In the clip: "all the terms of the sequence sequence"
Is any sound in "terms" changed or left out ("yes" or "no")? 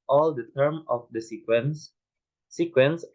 yes